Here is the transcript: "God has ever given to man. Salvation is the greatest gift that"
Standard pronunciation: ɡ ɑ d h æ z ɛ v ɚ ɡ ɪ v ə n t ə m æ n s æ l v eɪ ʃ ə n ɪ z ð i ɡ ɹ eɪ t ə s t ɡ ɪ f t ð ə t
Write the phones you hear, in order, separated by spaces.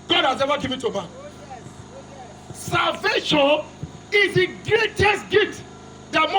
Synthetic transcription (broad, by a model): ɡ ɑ d h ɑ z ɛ v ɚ ɡ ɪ v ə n t ə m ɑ s æ l v eɪ ʃ ə n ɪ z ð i ɡ ɹ eɪ t ə s t ɡ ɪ t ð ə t